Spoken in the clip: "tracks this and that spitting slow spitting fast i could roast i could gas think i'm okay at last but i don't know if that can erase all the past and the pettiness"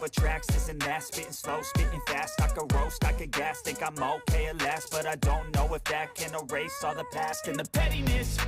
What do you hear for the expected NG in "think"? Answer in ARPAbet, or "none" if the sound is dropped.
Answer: none